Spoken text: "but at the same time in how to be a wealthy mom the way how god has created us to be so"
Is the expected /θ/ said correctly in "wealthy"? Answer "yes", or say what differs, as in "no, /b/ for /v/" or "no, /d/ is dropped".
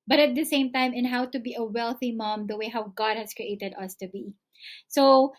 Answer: yes